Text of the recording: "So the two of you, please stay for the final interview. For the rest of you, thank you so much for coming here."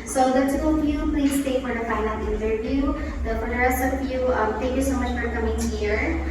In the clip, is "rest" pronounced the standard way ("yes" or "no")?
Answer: no